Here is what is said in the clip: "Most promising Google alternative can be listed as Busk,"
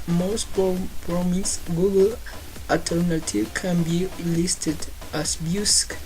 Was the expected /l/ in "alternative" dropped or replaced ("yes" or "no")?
yes